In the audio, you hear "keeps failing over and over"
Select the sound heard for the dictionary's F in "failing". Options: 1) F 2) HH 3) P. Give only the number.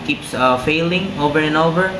1